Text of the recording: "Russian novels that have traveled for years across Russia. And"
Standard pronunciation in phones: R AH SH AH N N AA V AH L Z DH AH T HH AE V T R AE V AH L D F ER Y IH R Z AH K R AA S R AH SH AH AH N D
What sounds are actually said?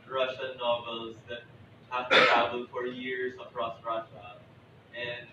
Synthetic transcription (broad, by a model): R AH SH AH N N AA V AH L Z DH AH T HH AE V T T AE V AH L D F ER Y IH R Z AH K R AA S R AH SH AH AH N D